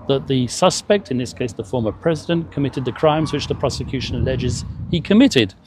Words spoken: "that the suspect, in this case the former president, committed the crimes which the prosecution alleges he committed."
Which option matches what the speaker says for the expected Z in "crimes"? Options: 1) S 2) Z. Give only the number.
2